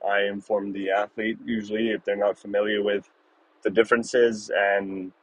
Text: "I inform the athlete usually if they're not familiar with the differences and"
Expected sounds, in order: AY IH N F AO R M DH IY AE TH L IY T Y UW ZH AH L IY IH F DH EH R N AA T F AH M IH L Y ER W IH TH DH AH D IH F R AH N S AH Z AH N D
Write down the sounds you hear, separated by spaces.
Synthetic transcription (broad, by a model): AY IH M F AO R M DH IY AE TH L IY T Y UW ZH L IY IH F DH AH R N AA T F AH M IH L Y ER W IH DH AH D IH F R AH N S AH Z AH N